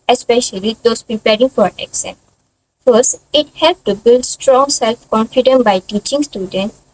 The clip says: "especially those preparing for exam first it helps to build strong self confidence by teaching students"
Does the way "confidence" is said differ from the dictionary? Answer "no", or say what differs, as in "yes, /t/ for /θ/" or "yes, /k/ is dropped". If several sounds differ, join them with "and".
yes, /s/ is dropped